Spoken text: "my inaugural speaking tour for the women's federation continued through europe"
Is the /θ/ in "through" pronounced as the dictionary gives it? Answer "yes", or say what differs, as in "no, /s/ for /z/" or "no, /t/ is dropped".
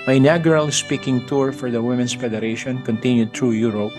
no, /t/ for /θ/